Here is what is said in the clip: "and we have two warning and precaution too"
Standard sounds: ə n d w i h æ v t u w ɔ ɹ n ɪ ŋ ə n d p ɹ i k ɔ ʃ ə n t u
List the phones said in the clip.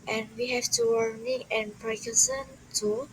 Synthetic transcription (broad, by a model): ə n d w i h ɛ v t u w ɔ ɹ n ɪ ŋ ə n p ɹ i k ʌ s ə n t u